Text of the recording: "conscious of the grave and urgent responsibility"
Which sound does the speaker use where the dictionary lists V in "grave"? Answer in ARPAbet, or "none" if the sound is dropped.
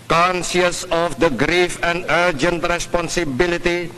F